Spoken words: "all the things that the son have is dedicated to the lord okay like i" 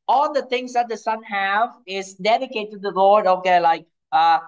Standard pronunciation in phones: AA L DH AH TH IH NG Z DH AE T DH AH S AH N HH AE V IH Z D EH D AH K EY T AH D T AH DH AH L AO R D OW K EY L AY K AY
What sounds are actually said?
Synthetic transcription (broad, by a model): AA L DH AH T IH NG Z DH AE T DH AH S AH N HH AE V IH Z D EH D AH K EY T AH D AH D AO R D OW K EY L AY K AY